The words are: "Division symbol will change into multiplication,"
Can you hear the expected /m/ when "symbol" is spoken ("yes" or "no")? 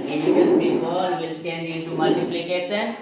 no